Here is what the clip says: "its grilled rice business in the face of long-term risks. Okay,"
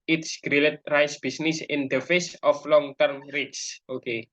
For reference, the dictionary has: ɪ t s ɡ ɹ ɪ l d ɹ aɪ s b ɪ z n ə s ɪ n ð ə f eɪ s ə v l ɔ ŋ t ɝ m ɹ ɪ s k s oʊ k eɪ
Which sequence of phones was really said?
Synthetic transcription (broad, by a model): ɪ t s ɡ ɹ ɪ l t ɹ aɪ s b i s n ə s ɪ n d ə f eɪ s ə f l ɔ ŋ t ɝ m ɹ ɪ k s oʊ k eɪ